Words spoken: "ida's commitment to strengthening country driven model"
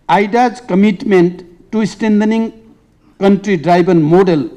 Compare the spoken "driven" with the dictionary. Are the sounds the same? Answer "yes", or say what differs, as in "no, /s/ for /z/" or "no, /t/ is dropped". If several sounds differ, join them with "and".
no, /b/ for /v/